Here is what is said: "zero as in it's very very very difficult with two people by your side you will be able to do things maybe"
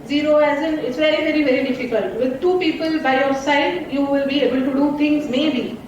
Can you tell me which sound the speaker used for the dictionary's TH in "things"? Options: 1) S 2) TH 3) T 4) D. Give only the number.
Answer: 3